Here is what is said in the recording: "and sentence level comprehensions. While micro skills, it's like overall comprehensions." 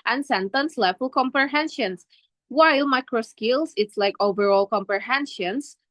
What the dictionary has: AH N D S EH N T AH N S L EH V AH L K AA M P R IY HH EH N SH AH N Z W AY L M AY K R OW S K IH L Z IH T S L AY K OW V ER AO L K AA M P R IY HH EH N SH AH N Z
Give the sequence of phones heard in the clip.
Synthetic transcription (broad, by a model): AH N S EH N T AH N S L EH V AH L K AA M P R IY HH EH N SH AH N S W AY L M AY K R OW S K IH L S IH T S L AY K OW V ER AO L K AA M P R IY HH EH N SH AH N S